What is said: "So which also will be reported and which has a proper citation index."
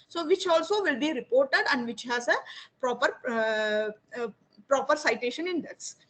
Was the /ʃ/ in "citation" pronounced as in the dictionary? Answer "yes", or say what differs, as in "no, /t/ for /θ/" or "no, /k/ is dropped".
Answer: yes